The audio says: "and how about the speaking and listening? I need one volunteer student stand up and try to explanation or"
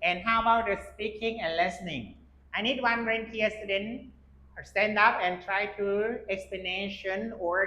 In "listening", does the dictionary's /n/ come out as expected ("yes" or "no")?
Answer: yes